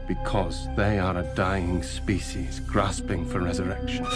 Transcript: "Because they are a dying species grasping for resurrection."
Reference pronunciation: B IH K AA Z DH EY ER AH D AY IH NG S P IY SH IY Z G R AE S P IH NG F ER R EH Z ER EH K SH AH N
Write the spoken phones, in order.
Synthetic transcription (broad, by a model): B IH K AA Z DH EY ER AH D AY IH NG S P IY SH IY Z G R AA S P IH NG F ER R EH Z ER EH K SH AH N